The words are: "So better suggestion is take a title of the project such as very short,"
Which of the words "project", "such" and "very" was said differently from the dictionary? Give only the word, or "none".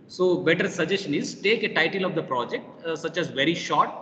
none